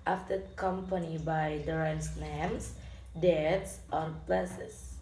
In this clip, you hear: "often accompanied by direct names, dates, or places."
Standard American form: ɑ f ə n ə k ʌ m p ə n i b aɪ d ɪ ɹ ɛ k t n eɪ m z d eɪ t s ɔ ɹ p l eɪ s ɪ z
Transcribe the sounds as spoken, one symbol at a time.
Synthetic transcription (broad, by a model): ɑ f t ə k ʌ m p ə n i b aɪ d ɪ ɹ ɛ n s n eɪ m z d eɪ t s ɔ ɹ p l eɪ s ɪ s